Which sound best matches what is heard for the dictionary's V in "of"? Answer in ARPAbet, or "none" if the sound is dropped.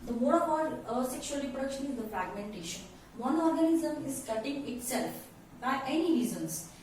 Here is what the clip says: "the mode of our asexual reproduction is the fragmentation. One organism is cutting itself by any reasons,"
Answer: P